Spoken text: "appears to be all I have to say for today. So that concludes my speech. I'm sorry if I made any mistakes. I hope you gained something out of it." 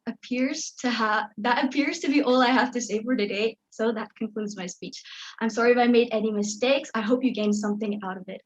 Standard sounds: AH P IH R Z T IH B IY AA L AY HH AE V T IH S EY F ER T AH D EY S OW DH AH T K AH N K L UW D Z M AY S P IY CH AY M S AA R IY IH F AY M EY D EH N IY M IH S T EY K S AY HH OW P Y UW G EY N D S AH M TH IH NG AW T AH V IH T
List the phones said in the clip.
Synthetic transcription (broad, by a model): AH P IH R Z T IH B IY AA L AY HH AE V T IH S EY F ER T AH D EY S OW DH AH T K AH N K L UW D Z M AY S P IY CH AY M S AA R IY IH F AY M EY D EH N IY M IH S T EY K S AY HH OW P Y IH G EY N S AH M TH IH NG AW T AH V IH T